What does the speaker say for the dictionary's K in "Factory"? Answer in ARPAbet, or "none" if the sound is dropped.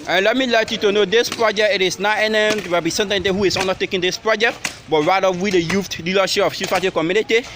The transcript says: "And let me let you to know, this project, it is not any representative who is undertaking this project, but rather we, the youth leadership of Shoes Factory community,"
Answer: none